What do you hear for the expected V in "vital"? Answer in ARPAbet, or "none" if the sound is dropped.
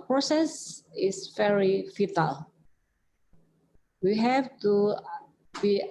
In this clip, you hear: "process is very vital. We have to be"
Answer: F